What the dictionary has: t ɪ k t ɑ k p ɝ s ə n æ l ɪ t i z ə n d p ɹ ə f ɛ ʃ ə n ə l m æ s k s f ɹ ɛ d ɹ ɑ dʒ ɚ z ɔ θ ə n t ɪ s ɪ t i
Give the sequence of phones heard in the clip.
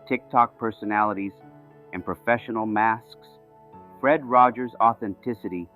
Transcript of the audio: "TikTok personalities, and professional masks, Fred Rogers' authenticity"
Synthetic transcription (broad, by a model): t ɪ k t ɑ k p ɝ s ə n æ l ɪ t i z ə n p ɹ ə f ɛ ʃ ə n l m æ s k s f ɹ ɛ d ɹ ɑ dʒ ɚ z ɔ θ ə n t ɪ s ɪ t i